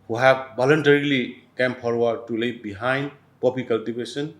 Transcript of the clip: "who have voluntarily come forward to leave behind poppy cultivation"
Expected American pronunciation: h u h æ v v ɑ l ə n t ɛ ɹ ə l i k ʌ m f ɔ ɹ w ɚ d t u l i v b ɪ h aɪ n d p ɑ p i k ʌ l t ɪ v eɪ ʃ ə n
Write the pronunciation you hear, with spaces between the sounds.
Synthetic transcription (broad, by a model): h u h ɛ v b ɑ l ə n t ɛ ɹ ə l i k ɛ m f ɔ ɹ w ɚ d t u l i b ɪ h aɪ n d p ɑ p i k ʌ l t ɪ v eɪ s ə n